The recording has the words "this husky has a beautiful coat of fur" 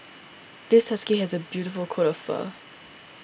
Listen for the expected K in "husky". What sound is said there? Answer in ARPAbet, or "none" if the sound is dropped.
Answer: K